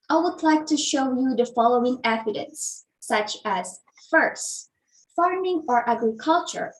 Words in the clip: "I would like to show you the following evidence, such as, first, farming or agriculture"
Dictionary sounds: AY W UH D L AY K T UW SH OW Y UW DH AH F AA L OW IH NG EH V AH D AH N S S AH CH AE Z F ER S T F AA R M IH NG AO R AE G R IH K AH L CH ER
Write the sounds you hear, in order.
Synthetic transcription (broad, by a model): AY W UH D L AY K T UW SH OW Y UW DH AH F AA L OW IH NG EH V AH D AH N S S AH CH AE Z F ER S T F AA R M IH NG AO R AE G R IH K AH L CH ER